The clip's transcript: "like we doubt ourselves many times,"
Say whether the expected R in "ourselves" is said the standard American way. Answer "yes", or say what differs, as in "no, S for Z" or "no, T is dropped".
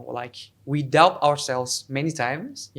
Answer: yes